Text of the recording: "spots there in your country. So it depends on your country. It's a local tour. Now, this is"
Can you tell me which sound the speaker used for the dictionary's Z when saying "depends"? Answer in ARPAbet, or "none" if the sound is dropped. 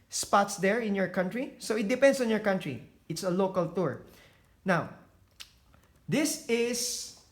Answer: S